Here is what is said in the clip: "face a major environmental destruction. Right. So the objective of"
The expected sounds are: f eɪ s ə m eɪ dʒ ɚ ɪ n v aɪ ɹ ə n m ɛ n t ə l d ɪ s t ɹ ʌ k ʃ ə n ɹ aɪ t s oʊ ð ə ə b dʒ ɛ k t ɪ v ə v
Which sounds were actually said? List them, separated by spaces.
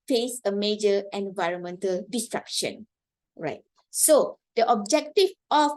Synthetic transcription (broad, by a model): f eɪ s ə m eɪ dʒ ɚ ɪ n v aɪ ɹ ə n m ɛ n t ə l d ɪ s t ɹ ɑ k ʃ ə n ɹ aɪ t s oʊ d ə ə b dʒ ɛ k t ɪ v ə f